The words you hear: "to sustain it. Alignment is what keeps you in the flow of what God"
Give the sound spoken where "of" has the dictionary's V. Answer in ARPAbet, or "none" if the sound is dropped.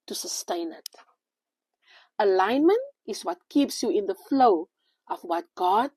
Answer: F